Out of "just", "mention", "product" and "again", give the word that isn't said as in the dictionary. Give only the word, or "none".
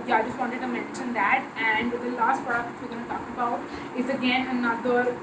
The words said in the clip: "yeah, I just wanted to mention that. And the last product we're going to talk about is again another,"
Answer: product